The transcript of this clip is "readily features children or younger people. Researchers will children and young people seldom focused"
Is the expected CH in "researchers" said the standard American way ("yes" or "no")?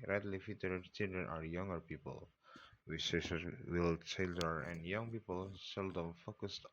no